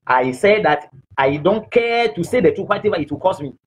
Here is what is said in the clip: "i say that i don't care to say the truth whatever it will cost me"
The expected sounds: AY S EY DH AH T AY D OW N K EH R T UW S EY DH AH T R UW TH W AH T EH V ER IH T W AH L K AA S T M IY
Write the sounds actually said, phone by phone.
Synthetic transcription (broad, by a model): AY S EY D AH T AY D OW N K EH T UW S EY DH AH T UW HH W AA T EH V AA IH T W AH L K AA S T M IY